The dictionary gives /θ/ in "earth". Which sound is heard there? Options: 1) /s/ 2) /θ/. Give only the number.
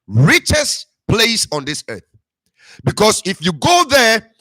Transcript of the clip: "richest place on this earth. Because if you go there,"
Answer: 2